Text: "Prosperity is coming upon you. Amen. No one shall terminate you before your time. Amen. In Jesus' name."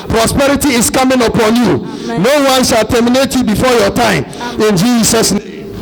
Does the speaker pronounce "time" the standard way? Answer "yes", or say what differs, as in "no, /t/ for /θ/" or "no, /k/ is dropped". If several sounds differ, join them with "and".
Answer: no, /m/ is dropped